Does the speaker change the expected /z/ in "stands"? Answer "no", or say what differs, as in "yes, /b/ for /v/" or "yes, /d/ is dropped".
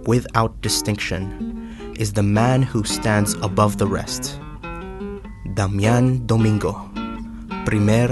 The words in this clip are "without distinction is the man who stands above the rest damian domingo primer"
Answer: no